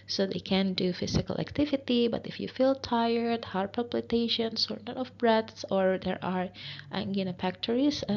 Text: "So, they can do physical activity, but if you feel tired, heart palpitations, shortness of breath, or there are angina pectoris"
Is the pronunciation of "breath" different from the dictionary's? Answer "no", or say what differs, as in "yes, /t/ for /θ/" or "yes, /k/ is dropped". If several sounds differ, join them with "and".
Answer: yes, /s/ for /θ/